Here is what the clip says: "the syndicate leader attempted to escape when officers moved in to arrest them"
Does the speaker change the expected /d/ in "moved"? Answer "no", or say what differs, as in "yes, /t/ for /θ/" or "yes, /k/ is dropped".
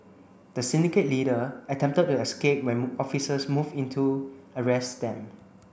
yes, /d/ is dropped